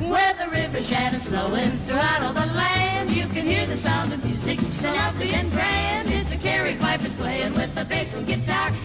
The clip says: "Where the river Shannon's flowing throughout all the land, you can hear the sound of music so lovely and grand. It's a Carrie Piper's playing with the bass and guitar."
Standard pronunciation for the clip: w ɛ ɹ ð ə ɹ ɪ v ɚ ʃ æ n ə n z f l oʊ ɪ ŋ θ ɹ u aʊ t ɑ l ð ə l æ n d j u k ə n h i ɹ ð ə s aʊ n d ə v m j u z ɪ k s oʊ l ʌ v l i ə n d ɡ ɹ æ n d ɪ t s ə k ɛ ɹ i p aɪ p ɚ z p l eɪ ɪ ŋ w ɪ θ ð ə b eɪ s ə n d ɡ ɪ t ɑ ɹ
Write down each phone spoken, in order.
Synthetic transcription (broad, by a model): w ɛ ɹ ð ə ɹ ɪ v ɚ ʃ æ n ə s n oʊ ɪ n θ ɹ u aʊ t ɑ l ð ə l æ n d j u k ə n h i ɹ ð ə s aʊ n d ə v m j u z ɪ k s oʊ n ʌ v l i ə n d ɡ ɹ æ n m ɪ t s ə k ɛ ɹ i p aɪ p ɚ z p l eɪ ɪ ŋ w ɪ ð ə b eɪ s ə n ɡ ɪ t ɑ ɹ